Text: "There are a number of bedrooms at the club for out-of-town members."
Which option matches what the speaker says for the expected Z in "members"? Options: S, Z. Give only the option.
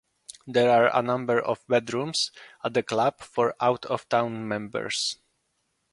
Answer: S